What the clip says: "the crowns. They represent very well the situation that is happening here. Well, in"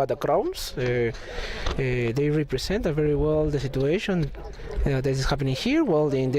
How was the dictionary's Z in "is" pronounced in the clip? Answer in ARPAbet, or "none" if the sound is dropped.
S